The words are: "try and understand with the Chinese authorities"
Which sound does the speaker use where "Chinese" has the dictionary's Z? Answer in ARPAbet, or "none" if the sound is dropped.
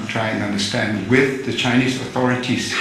Z